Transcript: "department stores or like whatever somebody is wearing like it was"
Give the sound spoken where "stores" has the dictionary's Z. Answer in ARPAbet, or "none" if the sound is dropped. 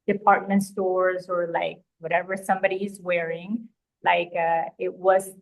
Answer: Z